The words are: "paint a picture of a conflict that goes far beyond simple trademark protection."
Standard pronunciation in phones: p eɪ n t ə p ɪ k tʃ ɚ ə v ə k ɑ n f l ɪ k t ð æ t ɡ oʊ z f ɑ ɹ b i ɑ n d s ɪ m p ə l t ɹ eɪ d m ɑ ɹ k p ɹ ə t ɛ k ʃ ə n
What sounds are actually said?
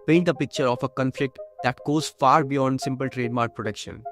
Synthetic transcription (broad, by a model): p eɪ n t ə p ɪ k tʃ ɚ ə f ə k ɑ n f l ɪ k t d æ t ɡ oʊ z f ɑ ɹ b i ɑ n d s ɪ m p ə l t ɹ eɪ d m ɑ ɹ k p ɹ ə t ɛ k ʃ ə n